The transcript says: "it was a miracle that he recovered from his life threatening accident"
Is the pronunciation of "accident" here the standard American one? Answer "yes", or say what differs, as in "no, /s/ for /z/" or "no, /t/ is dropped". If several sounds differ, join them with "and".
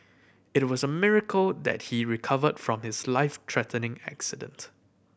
yes